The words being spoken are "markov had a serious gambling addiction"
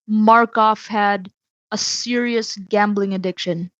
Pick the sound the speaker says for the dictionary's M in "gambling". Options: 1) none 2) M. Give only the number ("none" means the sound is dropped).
2